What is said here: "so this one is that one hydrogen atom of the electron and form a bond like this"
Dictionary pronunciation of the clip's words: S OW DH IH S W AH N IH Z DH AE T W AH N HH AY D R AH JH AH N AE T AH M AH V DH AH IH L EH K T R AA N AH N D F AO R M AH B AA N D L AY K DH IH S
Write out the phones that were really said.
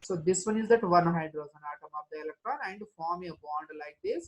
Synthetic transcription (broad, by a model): S OW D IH S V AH N IH Z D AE T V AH N HH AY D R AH Z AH N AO T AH M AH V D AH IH L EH K T R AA N AH N D F AO R M AH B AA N D L AY K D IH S